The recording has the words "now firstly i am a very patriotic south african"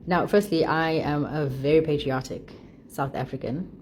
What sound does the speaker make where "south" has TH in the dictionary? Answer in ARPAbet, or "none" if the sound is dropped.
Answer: TH